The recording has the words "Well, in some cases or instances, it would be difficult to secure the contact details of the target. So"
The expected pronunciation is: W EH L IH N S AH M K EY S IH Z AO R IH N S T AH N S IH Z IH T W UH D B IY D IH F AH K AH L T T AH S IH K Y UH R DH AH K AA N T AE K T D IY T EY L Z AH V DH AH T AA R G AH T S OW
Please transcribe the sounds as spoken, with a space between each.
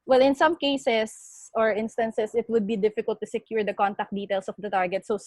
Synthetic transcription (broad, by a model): W EH L IH N S AH M K EY S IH S AO R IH N S T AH N S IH S IH T W UH D B IY D IH F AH K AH L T T AH S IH K Y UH R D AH K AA N T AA K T D IY T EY L S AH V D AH T AA R G AH T S OW